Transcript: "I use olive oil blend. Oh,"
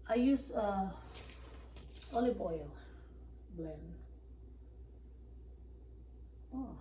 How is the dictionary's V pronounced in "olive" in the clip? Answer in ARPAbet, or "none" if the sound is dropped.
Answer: B